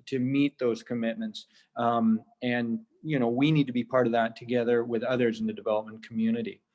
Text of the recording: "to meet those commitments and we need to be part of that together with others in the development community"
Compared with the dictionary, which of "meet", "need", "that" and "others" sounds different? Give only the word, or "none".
none